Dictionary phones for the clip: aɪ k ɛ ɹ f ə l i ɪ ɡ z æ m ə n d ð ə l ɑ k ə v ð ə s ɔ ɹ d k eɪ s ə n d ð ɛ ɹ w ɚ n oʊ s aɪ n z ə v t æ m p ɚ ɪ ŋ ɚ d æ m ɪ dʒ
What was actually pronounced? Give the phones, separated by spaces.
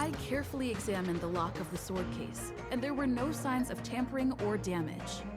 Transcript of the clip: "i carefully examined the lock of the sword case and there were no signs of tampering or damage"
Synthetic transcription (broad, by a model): aɪ k ɛ ɹ f l i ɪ ɡ z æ m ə n ð ə l ɑ k ə v ð ə s ɔ ɹ d k eɪ s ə n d ð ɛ ɹ w ɚ n oʊ s aɪ n z ə v t æ m p ɚ ɪ ŋ ɚ d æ m ɪ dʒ